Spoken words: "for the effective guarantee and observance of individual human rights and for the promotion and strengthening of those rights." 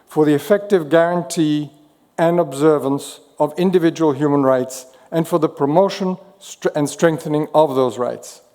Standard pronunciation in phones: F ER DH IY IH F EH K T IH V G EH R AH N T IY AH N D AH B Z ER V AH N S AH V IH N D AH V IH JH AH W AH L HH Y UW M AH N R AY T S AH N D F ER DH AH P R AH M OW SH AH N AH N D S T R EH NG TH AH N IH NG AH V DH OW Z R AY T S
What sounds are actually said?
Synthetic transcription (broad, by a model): F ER DH IY IH F EH K T IH V G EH R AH N T IY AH N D AH B Z ER V AH N S AH V IH N D AH V IH JH AH W AH L HH Y UW M AH N R AY T S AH N F ER DH AH P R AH M OW SH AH N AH N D S T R EH NG TH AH N IH NG AH V DH OW Z R AY T S